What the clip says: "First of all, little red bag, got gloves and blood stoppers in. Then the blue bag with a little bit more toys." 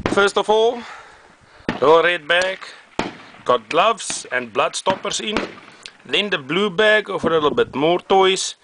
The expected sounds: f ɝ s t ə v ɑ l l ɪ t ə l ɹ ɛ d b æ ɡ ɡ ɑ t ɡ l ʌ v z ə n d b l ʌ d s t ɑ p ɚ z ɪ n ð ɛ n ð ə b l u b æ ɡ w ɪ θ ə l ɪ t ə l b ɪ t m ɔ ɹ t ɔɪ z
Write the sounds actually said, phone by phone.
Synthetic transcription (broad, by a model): f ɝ s t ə f ɑ l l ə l ɹ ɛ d b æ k ɡ ɑ t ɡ l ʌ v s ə n b l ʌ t s t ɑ p ɚ s ɪ n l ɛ n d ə b l u b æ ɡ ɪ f ə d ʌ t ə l b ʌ t m ɔ ɹ t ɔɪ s